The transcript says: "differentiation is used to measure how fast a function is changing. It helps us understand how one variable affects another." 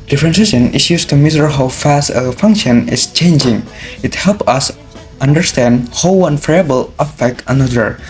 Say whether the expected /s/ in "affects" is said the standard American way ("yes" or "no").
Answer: no